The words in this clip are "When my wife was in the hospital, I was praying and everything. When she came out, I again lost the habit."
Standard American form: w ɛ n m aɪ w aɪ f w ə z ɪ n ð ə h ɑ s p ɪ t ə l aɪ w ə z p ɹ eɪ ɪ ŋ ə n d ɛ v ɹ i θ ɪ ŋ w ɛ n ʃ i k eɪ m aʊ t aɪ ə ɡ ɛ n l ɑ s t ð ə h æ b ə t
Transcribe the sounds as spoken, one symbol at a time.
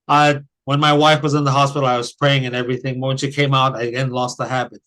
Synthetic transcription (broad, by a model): w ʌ n m aɪ w aɪ f w ə z ɪ n ð ə h ɑ s p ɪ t l aɪ w ə z p ɹ eɪ ɪ ŋ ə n ɛ v ɹ i θ ɪ ŋ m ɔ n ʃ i k eɪ m aʊ t aɪ ə ɡ ɛ n l ɑ s t ð ə h æ b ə t